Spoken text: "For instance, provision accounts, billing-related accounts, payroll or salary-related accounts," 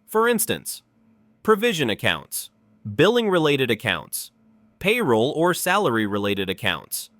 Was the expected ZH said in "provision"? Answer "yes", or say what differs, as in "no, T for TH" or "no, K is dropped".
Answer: yes